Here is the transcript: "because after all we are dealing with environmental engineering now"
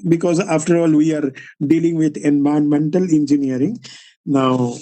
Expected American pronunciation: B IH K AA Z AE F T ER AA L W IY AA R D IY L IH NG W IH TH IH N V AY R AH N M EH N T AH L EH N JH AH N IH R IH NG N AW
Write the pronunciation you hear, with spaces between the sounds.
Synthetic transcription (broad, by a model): B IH K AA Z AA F T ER AA L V IY AA R D IY L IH NG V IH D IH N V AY AH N M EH N T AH L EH N JH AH N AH R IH NG N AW